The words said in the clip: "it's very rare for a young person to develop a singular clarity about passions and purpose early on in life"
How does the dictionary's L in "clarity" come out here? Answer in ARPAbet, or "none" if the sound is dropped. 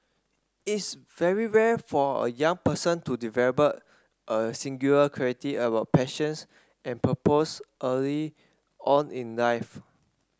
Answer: none